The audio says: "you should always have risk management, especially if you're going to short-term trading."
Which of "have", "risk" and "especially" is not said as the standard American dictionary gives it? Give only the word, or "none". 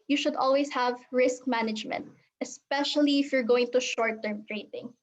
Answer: none